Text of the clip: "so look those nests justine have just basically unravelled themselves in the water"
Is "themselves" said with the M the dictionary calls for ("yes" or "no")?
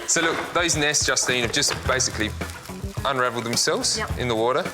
yes